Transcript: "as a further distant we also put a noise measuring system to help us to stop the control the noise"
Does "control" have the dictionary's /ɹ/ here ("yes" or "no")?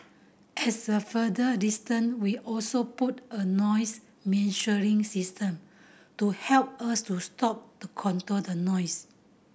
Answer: no